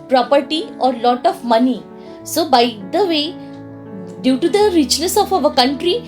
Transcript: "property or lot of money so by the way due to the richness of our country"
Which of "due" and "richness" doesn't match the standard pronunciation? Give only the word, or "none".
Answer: richness